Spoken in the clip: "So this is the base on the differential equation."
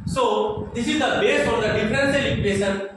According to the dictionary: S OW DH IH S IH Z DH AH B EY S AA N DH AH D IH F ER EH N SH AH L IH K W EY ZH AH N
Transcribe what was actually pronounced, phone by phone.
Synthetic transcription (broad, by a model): S OW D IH S IH Z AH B EY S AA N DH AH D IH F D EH N S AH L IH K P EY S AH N